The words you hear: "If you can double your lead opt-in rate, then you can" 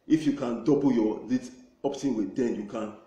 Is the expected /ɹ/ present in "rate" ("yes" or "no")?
no